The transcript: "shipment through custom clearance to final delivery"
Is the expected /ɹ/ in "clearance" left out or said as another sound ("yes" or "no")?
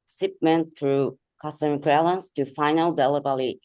yes